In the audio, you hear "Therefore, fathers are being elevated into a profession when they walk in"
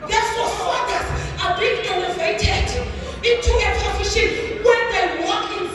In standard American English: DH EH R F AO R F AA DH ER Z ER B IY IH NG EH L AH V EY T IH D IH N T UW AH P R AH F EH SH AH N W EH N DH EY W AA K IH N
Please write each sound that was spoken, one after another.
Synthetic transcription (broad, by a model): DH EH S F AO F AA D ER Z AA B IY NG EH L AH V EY T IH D IH N T UW AH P AH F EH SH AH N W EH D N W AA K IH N